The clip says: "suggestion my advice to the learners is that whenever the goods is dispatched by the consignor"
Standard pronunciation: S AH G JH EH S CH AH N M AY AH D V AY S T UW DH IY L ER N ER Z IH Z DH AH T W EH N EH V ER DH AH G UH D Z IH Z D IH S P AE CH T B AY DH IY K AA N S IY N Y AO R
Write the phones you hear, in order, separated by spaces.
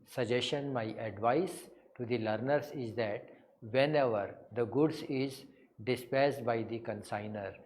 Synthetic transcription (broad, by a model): S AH JH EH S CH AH N M AY AH D V AY S T UW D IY L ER N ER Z IH Z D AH T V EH N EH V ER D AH G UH D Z IH Z D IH S P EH S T B AY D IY K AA N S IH N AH R